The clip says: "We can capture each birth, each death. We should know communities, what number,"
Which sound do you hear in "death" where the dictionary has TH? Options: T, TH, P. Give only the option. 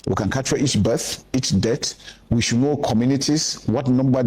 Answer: T